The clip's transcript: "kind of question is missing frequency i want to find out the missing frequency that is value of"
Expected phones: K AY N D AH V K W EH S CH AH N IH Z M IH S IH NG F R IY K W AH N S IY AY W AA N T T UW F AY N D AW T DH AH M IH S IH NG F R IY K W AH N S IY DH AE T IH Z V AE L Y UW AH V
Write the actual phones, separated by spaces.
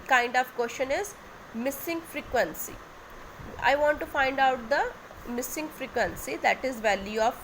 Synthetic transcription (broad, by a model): K AY N D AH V K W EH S SH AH N IH Z M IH S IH NG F R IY K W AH N S IY AY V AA N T T UW F AY N D AW T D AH M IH S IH NG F R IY K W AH N S IY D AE T IH Z V AE L Y UW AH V